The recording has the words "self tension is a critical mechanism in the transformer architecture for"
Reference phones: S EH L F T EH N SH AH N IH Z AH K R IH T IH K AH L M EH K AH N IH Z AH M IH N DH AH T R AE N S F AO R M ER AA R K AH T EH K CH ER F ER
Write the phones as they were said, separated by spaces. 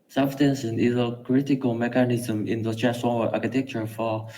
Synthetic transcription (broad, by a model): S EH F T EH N S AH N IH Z AH K R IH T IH K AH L M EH K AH N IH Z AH M IH N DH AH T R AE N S AO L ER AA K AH T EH K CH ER F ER